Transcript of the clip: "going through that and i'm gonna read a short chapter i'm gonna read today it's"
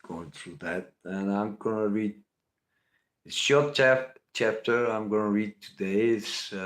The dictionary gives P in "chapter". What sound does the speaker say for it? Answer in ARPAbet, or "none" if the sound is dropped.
P